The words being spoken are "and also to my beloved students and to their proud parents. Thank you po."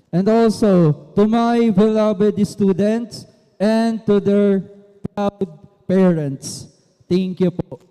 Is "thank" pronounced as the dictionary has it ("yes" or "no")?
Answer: no